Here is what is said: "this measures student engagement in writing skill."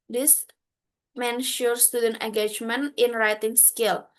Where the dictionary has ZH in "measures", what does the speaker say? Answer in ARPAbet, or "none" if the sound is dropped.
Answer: SH